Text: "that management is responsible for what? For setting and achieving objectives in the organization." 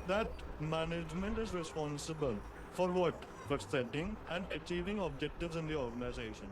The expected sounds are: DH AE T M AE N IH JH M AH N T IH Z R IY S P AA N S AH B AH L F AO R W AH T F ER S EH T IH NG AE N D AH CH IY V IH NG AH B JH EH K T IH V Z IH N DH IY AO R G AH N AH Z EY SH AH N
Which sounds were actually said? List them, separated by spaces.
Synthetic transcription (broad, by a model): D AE T M AE N IH JH M AH N T IH Z R IY S P AA N S AH B AH L F AO R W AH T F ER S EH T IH NG AE N D AH CH IY V IH NG AH B JH EH K T IH V Z IH N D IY AO R G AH N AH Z EY SH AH N